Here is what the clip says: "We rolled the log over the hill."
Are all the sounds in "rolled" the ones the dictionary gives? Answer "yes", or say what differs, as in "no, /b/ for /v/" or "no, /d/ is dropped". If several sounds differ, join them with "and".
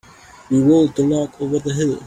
no, /w/ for /ɹ/